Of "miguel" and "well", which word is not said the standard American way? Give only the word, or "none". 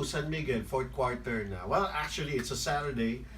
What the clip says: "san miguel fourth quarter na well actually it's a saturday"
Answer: miguel